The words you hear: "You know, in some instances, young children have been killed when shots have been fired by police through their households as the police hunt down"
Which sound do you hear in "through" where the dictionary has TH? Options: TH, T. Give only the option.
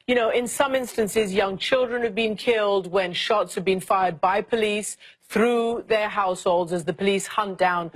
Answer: TH